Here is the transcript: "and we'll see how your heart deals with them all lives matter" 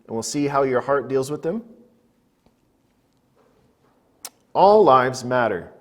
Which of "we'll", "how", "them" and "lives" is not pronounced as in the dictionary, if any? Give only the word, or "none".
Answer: none